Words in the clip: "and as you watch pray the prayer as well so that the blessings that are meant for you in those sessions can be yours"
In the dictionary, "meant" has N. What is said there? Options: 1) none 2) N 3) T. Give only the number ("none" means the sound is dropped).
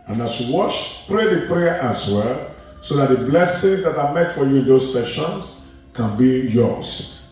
1